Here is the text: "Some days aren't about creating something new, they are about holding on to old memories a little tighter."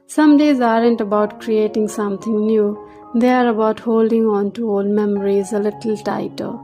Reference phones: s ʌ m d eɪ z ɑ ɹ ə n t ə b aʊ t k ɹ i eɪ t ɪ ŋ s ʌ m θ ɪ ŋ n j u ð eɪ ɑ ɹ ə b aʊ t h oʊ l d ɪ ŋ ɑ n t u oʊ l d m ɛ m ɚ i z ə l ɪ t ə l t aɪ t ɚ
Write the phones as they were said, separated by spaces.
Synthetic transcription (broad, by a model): s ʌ m d eɪ z ɑ ɹ ə n t ə b aʊ t k ɹ i eɪ t ɪ ŋ s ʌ m t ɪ ŋ n j u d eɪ ɑ ɹ ə b aʊ t h oʊ l d ɪ ŋ ɑ n t u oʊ l m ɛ m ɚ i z ə l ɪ t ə l t aɪ t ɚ